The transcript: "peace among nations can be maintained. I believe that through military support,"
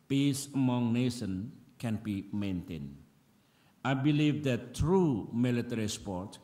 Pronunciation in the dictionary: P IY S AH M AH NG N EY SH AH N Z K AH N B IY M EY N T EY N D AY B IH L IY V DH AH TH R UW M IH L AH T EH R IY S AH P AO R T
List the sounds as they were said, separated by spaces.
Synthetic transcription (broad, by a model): P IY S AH M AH NG N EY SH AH N K AH N B IY M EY N T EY N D AY B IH L IY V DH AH T R UW M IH L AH T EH R IY S P AO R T